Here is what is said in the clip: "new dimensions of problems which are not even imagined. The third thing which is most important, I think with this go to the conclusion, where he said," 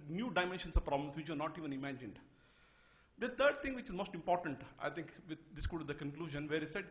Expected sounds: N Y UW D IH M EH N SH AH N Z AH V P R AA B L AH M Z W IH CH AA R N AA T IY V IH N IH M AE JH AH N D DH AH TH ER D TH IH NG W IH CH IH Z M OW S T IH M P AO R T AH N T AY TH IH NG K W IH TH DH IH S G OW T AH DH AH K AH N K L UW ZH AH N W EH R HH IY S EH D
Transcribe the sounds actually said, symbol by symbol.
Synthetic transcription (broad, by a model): N Y UW D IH M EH N SH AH N S AH V P R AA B L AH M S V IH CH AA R N AA T IY V IH N IH M AE JH AH N D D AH T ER D T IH NG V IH CH IH Z M OW S T IH M P AO R T AH N T AY T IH NG K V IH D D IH S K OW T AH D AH K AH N K L UW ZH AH N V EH R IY S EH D